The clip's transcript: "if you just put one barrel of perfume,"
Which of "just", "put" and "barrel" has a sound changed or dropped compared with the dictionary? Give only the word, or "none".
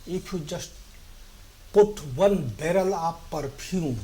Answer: none